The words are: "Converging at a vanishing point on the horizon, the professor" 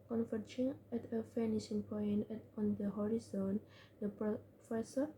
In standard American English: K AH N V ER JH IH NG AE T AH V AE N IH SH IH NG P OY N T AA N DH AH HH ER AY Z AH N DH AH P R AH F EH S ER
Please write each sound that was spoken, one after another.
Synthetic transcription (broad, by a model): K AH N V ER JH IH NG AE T AH F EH N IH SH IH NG P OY N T AA N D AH HH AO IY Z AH N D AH P R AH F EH S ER